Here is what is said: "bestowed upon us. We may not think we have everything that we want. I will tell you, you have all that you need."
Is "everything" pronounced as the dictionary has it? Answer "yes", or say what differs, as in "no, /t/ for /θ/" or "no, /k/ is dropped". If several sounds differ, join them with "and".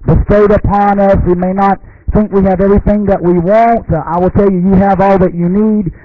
yes